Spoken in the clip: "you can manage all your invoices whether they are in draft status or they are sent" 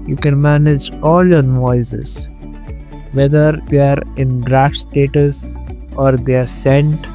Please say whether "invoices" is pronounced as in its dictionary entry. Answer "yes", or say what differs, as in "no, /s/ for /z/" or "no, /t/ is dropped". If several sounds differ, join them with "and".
no, /v/ is dropped